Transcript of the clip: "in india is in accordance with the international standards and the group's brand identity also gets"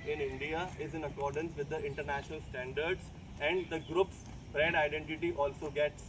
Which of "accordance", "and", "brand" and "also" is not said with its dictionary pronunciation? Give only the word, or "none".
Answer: brand